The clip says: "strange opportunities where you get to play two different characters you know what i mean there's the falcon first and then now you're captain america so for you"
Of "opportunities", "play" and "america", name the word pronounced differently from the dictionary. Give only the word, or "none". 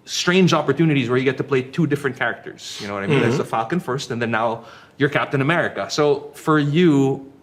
none